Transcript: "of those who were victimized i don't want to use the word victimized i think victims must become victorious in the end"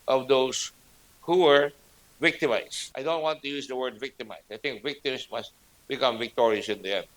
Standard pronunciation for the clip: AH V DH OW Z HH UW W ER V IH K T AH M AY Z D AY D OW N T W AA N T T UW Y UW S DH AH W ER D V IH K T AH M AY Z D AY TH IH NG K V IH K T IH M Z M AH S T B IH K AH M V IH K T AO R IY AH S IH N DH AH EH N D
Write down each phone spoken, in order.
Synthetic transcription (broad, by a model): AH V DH OW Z HH UW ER V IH K T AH M AY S AY D OW N T W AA N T T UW Y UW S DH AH W ER D V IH K T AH M AY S AY TH IH NG K V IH K T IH M S M AH S T B IH K AH M V IH K T AO R IY AH S IH N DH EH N